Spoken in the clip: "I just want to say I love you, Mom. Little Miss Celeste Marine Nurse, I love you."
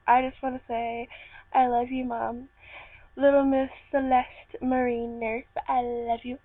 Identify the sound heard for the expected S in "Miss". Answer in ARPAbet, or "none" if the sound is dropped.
TH